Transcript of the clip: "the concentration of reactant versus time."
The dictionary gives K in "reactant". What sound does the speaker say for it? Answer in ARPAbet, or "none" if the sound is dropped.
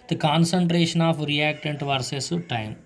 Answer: K